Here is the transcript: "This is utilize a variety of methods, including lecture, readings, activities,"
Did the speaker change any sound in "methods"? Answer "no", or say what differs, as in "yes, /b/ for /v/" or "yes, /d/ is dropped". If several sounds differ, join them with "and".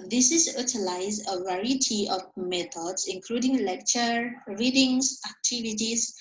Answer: yes, /t/ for /θ/